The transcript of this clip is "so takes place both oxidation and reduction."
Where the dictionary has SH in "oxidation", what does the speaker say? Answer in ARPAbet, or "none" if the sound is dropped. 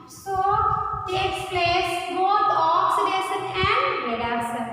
S